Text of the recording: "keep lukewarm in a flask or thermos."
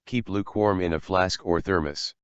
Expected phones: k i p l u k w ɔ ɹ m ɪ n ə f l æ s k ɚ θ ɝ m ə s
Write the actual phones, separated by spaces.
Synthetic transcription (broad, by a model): k i p l u k w ɔ ɹ m ɪ n ə f l æ s k ɚ θ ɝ m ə s